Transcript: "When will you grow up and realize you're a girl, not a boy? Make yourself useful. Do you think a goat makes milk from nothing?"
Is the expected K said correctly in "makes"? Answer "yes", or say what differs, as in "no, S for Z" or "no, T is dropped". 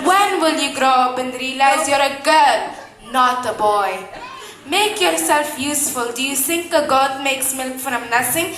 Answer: yes